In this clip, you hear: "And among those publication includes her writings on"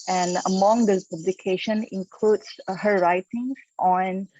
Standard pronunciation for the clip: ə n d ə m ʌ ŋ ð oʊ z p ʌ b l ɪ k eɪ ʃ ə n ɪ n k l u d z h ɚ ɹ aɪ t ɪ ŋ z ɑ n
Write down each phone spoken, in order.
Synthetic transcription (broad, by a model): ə n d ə m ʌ ŋ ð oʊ p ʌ b l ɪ k eɪ ʃ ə n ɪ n k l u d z h ɚ ɹ aɪ t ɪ ŋ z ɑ n